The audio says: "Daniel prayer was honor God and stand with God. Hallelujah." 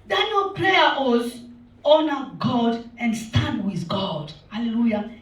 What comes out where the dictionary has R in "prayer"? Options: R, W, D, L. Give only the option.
L